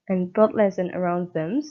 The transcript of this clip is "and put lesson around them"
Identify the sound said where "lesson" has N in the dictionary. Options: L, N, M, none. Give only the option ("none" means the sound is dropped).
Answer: N